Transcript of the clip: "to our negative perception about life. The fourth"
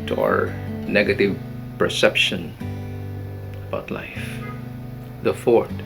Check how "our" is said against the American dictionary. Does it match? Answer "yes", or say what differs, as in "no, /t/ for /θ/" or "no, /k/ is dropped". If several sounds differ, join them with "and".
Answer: yes